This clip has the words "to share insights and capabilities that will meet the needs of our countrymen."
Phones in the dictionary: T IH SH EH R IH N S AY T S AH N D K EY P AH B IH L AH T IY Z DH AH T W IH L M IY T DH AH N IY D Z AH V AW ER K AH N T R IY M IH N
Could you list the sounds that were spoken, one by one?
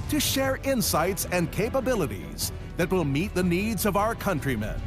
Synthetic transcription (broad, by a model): T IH SH EH R IH N S AY T S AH N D K EY P AH B IH L AH T IY Z DH AH T W IH L M IY T DH AH N IY D Z AH V AW ER K AH N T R IY M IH N